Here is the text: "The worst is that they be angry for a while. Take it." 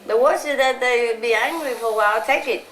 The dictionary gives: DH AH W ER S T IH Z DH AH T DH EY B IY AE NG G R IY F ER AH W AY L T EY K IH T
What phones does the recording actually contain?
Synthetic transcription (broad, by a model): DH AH W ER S IH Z DH AH T DH EY B IY AE NG G R IY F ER AH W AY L T EY K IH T